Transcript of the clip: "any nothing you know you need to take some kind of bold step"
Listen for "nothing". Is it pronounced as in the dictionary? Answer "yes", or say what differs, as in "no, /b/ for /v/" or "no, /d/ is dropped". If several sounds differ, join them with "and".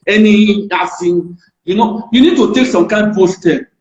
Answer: no, /f/ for /θ/